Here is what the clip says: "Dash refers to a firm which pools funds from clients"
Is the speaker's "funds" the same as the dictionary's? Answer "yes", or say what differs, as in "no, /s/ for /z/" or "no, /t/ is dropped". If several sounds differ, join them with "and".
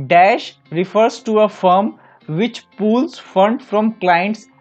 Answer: no, /z/ is dropped